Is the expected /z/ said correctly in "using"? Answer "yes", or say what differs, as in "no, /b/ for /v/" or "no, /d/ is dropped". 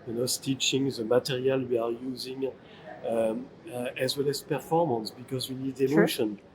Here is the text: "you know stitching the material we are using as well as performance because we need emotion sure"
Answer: yes